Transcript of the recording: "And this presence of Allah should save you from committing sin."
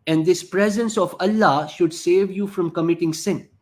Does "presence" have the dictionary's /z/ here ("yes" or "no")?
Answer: yes